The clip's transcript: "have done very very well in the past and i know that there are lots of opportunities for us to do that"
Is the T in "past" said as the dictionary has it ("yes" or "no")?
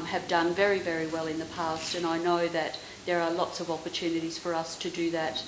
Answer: yes